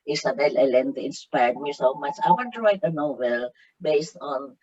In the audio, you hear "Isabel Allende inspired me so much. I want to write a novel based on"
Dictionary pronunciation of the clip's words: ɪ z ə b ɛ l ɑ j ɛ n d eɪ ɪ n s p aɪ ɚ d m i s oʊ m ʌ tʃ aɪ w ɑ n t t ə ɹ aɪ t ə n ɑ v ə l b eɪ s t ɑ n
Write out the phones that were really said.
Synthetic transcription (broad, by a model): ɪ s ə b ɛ l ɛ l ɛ n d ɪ n s p aɪ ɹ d m i s oʊ m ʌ tʃ aɪ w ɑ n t t ə ɹ aɪ t ə n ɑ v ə l b eɪ s t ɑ n